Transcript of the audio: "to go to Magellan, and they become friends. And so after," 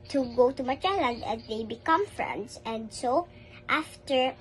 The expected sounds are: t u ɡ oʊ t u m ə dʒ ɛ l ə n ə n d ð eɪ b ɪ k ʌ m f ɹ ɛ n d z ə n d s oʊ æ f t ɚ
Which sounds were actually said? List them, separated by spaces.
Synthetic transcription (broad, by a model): t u ɡ oʊ t u m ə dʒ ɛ l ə n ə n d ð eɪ b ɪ k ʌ m f ɹ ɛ n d s ə n d s oʊ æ f t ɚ